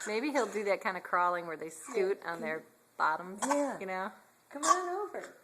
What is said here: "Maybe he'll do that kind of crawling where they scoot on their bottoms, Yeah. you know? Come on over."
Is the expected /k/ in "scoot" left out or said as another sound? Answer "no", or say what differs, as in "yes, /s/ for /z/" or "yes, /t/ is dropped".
yes, /k/ is dropped